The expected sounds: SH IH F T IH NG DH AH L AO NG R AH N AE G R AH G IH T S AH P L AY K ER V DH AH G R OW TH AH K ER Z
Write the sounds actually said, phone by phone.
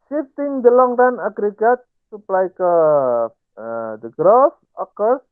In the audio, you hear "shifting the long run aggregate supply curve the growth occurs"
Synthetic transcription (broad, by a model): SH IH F T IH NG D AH L AO NG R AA N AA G R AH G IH T S AH P L AY K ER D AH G R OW F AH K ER